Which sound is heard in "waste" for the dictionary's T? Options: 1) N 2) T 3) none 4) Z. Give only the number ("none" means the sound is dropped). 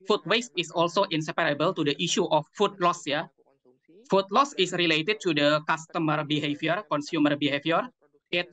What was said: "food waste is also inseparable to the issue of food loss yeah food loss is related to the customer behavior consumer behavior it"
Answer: 2